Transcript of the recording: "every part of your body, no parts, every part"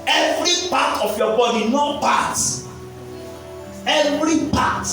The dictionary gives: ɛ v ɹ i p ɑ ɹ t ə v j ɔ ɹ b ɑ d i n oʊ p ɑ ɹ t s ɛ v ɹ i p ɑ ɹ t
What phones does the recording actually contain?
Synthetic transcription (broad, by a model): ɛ v ɹ i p ɑ t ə f j ɔ b ɑ d i n oʊ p ɑ t ɛ v ɹ i p ɑ t